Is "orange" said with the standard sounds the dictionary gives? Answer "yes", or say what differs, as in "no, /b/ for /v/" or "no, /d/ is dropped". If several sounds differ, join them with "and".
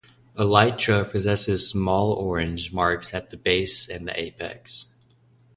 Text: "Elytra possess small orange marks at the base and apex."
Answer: yes